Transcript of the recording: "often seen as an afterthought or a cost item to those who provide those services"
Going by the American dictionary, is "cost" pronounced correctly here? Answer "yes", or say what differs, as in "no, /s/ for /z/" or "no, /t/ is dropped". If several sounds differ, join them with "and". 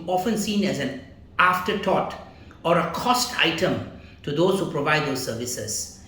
yes